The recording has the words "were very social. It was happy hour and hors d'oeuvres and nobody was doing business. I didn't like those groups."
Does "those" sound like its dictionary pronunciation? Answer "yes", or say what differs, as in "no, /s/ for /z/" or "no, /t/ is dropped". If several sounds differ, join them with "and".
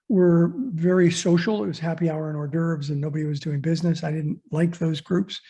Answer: yes